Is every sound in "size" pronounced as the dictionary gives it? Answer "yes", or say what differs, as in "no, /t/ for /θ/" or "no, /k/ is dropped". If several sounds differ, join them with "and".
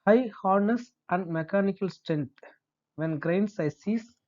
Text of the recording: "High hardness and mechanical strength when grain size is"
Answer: no, /s/ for /z/